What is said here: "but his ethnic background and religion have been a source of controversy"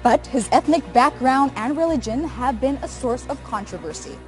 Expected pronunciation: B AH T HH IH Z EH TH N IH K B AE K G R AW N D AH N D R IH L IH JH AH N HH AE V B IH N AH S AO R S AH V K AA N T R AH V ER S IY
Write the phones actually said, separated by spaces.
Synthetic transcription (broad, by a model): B AH T HH IH Z EH TH N IH K B AE K G R AW N D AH N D R IH L IH JH AH N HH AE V B IH N AH S AO R S AH V K AA N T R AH V ER S IY